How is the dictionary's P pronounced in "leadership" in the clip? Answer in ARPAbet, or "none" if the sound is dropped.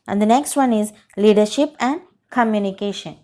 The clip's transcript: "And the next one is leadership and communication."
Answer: P